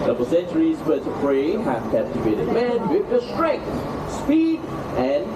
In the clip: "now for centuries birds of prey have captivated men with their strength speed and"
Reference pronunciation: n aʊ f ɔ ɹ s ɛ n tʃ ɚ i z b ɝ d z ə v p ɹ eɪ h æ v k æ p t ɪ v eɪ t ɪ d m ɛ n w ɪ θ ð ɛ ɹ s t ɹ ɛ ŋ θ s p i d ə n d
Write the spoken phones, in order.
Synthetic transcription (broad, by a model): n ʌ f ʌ l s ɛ n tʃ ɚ i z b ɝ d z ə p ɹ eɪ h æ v k æ p t ɪ v eɪ t ɪ d m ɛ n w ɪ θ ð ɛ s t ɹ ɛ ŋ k s p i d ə n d